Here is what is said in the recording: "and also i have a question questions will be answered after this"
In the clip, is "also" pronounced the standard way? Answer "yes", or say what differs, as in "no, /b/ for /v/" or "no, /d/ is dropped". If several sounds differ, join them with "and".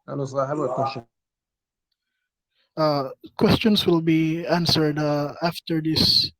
no, /l/ is dropped